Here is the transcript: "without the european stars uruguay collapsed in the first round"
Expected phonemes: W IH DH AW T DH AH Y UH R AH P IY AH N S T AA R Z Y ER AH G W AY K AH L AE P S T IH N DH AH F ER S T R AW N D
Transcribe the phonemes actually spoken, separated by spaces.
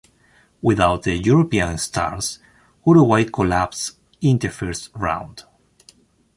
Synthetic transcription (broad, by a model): W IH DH AW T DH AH Y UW R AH P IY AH N S T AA R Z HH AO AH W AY K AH L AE P S IH N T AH F ER S T R AW N D